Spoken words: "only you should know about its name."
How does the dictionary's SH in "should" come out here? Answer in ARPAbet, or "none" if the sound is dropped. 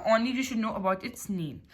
SH